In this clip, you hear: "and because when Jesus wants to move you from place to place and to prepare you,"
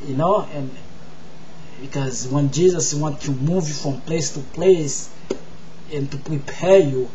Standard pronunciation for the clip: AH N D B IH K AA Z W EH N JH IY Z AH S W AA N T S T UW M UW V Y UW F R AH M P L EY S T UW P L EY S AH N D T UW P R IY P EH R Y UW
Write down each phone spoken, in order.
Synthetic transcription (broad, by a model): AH N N B IH K AA Z W EH N JH IY Z AH S W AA N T T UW M UW V Y UW F R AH M P L EY S T UW P L EY S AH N T UW P R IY P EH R Y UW